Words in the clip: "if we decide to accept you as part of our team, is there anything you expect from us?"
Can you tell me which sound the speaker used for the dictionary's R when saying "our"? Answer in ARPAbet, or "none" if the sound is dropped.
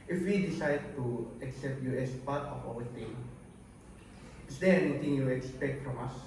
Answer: W